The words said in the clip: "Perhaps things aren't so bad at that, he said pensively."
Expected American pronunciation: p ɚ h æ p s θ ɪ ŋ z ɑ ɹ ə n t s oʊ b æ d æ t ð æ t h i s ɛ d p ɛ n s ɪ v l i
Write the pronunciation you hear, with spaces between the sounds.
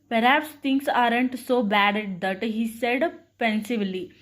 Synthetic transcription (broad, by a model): p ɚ h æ p s t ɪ ŋ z ɑ ɹ ə n t s oʊ b æ d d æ t h i s ɛ d p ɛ n s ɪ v l i